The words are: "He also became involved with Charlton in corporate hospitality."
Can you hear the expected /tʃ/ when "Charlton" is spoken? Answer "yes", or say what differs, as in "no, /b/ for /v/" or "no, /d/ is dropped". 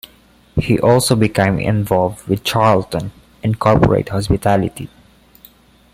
yes